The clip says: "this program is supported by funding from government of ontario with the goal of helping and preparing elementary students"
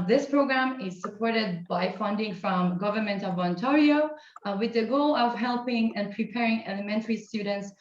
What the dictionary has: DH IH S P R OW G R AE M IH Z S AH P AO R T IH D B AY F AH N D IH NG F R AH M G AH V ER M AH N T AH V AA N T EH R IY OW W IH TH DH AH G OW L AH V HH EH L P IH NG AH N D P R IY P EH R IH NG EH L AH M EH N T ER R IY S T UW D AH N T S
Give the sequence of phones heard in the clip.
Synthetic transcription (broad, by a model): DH IH S P R OW G R AE M IH Z S AH P AO R T IH D B AY F AH N D IH NG F R AH M G AH V ER M AH N T AH V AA N T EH R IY OW W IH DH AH G OW L AH V HH EH L P IH NG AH N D P R IY P EH R IH NG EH L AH M EH N T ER R IY S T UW D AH N T S